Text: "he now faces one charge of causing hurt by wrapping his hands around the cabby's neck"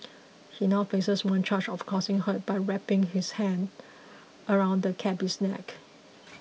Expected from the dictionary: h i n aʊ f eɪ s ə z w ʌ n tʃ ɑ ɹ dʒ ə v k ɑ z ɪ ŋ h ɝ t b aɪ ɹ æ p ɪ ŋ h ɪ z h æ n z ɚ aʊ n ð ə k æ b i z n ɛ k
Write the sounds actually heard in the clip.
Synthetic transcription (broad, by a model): h i n aʊ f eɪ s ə s w ʌ n tʃ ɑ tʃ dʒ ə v k ɑ s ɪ ŋ h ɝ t b aɪ ɹ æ p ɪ ŋ h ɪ s h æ n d ɚ aʊ n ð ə k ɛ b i s n ɛ k